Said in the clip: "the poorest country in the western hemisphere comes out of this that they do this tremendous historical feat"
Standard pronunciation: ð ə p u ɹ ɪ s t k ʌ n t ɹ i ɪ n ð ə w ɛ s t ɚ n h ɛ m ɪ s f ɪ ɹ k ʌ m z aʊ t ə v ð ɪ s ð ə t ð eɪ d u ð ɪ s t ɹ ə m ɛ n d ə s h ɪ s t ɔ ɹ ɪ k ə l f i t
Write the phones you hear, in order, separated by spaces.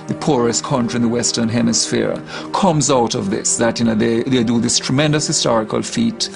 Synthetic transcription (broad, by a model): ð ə p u ɹ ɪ s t k ʌ n t ɹ i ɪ n ð ə w ɛ s t ɚ n h ɛ m ɪ s f ɪ ɹ k ʌ m z aʊ t ə v ð ɪ s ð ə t ð eɪ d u ð ɪ s t ɹ ə m ɛ n d ə s h ɪ s t ɔ ɹ ɪ k ə l f i t